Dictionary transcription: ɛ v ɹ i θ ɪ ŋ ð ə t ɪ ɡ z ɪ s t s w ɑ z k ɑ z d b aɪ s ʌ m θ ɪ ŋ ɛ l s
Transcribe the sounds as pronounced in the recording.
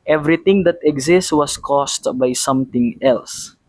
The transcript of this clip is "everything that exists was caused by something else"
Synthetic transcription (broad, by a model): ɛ v ɹ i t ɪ ŋ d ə t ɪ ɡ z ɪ s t w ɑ s k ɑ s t b aɪ s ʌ m t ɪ ŋ ɛ l s